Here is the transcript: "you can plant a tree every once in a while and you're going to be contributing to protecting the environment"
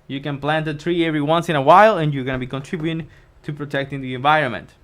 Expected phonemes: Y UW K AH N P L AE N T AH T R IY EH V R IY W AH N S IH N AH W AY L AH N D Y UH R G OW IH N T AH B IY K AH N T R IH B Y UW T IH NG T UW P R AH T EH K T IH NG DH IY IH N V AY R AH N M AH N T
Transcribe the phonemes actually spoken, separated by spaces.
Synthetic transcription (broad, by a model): Y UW K AH N P L AE N T AH T R IY EH V R IY W AH N S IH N AH W AY L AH N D Y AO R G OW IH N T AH B IY K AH N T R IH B Y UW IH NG T UW P R AH T EH K T IH NG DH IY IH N V AY R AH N M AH N T